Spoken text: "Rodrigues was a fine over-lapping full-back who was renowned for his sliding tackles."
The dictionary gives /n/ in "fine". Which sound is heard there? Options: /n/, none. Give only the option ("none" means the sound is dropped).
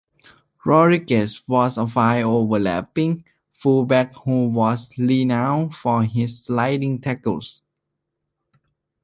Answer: none